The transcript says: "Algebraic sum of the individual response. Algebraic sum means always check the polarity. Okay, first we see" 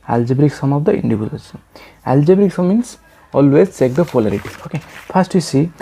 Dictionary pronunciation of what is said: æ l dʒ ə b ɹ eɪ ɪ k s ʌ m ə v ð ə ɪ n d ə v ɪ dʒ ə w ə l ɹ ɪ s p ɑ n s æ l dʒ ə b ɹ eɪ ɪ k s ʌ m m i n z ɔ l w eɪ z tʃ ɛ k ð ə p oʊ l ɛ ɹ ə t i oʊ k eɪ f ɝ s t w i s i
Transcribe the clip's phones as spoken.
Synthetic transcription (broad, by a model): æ l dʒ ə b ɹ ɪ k s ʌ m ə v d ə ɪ n d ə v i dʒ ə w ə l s ɑ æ l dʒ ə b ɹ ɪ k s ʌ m m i n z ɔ l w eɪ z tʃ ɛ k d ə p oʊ l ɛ ɹ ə t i oʊ k eɪ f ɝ s t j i s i